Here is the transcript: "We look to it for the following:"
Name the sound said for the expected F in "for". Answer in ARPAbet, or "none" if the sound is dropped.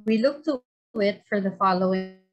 F